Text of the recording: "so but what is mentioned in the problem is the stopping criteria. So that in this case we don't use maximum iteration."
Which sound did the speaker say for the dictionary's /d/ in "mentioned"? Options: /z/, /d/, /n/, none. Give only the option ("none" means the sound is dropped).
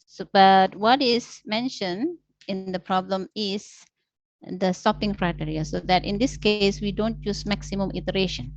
none